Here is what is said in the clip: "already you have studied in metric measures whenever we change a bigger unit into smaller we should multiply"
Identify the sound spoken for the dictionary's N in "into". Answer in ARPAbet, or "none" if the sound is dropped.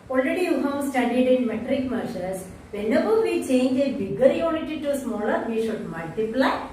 none